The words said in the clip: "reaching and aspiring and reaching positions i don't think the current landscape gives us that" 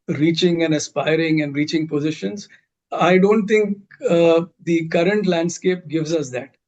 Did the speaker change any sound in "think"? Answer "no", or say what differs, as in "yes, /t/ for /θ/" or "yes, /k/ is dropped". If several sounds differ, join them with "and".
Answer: yes, /t/ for /θ/